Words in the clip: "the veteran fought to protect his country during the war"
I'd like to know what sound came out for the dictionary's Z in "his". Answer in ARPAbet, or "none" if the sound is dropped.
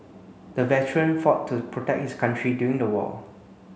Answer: S